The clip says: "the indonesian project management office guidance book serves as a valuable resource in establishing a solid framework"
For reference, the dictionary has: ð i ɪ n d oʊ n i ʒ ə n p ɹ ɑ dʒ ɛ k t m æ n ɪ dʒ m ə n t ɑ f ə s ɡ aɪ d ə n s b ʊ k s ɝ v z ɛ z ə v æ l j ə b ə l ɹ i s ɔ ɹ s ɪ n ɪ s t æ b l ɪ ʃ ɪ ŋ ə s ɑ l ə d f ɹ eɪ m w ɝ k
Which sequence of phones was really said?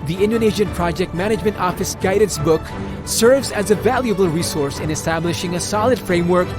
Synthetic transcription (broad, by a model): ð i ɪ n d oʊ n i ʒ ə n p ɹ ɑ dʒ ɛ k t m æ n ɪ dʒ m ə n t ɑ f ə s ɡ aɪ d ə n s b ʊ k s ɝ v z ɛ z ə v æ l j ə b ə l ɹ i s ɔ ɹ s ɪ n ɪ s t æ b l ɪ ʃ ɪ ŋ ə s ɑ l ə d f ɹ eɪ m w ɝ k